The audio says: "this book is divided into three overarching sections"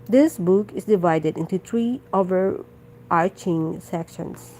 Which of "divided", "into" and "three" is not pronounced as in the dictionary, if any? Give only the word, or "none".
three